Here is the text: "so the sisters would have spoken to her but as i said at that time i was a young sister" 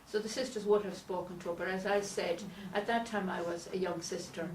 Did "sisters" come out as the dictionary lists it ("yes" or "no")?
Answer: yes